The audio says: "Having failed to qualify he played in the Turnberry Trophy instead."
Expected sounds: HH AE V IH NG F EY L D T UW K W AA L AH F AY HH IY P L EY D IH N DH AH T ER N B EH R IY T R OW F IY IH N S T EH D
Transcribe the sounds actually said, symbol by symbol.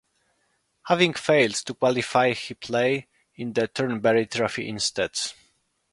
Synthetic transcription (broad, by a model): HH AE V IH NG F EY L D T UW K W AA L AH F AY HH IY P L EY IH N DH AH T ER N B EH R IY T R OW F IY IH N S T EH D